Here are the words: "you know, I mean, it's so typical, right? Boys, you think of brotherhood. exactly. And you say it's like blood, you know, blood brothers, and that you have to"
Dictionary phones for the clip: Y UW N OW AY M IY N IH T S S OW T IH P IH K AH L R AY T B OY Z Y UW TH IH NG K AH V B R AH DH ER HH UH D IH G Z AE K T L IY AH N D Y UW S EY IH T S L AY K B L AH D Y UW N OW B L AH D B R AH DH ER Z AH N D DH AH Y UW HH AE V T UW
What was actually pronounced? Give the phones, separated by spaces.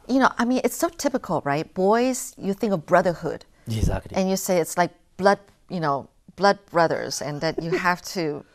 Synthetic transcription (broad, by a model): Y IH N OW AY M IY N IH T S S OW T IH P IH K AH L R AY T B OY Z Y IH TH IH NG K AH V B R AH DH ER HH UH D IH G Z AE K T L IY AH N Y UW S EY IH T S L AY K B L AH D Y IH N OW B L AH D B R AH DH ER Z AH N DH AH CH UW HH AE F T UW